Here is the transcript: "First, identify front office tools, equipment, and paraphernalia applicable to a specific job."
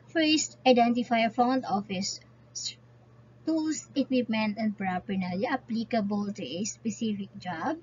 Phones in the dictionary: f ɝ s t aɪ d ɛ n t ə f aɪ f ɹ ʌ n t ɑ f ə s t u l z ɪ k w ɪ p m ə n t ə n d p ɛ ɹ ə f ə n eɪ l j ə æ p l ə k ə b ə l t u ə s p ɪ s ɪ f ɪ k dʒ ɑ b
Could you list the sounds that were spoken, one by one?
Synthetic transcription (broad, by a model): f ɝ s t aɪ d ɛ n t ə f aɪ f ɔ n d ɑ f ə s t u l s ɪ k w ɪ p m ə n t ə n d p ɹ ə p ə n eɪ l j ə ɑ p l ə k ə b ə l t u ə s p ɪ s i f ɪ k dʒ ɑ b